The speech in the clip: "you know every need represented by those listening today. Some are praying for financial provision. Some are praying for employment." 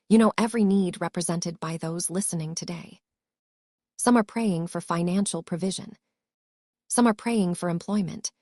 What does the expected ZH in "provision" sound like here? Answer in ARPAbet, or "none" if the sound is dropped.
ZH